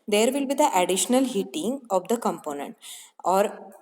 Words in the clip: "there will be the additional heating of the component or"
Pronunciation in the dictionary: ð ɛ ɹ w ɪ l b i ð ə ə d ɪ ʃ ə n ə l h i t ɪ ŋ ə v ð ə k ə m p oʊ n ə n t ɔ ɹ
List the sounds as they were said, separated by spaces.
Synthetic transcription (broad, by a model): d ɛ ɹ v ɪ l b i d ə ə d ɪ ʃ ə n ə l h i t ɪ ŋ ə v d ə k ə m p oʊ n ə n t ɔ ɹ